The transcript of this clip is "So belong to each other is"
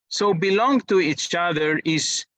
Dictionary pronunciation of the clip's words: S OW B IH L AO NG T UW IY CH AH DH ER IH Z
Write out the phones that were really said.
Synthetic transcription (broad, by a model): S OW B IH L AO NG T UW IY CH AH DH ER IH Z